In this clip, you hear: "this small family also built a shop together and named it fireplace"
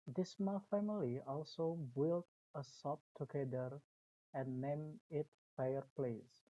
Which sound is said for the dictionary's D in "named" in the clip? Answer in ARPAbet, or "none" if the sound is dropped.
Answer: none